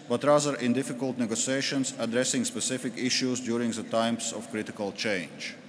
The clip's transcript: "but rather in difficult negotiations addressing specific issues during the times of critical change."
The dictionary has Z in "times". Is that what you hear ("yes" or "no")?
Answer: no